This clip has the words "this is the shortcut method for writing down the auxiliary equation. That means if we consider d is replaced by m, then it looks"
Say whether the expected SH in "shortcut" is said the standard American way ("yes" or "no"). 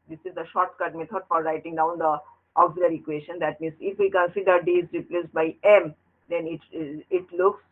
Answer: yes